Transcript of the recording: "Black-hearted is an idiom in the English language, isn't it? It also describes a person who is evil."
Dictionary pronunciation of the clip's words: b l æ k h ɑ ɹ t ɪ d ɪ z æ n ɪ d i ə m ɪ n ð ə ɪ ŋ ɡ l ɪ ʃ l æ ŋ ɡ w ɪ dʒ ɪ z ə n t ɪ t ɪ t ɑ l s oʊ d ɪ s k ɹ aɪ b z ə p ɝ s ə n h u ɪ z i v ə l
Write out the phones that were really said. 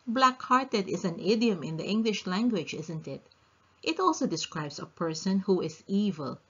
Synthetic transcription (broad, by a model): b l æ k h ɑ ɹ t ɪ d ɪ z æ n ɪ d i ə m ɪ n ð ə ɪ ŋ ɡ l ɪ ʃ l æ ŋ ɡ w ɪ dʒ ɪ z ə n t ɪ t ɪ t ɑ l s oʊ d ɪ s k ɹ aɪ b s ə p ɝ s ə n h u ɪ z i v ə l